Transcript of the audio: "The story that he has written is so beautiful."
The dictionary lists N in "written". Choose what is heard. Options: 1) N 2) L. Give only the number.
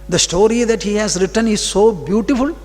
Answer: 1